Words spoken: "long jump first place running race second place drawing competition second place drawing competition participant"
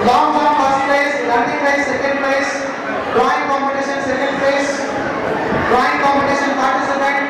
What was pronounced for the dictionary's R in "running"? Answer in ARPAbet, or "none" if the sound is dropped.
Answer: L